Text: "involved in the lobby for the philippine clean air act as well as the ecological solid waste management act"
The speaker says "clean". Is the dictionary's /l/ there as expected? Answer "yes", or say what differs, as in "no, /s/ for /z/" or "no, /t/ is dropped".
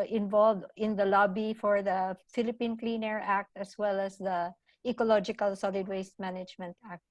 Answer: yes